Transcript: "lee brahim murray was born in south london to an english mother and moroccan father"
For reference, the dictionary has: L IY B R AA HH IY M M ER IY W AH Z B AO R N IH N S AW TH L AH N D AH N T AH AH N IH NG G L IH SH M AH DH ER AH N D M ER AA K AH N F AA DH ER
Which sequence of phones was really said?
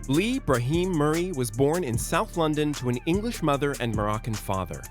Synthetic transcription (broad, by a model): L IY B R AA HH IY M M ER IY W AH Z B AO R N IH N S AW TH L AH N D AH N T AH AH N IH NG G L IH SH M AH DH ER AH N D M ER AA K AH N F AA DH ER